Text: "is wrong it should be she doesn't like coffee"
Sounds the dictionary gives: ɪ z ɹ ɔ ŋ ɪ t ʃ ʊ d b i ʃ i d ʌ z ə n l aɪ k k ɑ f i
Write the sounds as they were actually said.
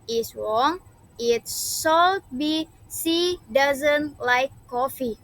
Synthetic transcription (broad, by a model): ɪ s ɹ ɔ ŋ ɪ t s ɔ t b i s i d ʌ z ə n l aɪ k k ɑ f i